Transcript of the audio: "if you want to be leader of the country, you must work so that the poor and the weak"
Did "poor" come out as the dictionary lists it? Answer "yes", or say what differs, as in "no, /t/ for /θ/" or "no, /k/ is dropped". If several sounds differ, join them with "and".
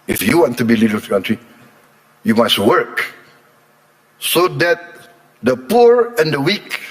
yes